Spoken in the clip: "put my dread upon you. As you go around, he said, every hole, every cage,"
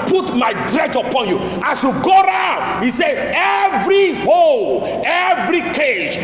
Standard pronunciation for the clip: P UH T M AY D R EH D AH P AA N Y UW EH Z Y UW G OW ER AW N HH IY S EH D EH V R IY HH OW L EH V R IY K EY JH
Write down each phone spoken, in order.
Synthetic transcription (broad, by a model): P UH T M AY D R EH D AH P AA N Y UW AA S Y UW G OW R AW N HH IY S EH EH V R IY HH OW L EH V R IY K EY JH